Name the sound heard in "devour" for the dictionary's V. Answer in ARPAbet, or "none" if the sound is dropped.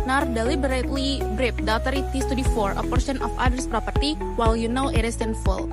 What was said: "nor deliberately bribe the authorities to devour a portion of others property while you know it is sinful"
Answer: F